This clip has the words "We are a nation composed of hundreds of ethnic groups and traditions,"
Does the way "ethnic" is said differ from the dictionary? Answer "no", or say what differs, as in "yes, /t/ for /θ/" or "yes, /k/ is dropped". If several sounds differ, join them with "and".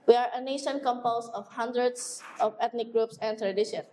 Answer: yes, /t/ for /θ/